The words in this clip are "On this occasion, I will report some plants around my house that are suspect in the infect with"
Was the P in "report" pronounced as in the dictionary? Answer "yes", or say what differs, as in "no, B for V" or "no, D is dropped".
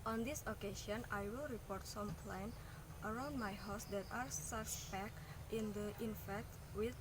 yes